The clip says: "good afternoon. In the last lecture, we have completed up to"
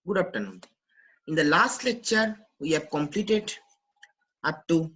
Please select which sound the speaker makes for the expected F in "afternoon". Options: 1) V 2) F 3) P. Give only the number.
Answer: 3